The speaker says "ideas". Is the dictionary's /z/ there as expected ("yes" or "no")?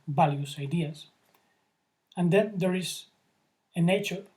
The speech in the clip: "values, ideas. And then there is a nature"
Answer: no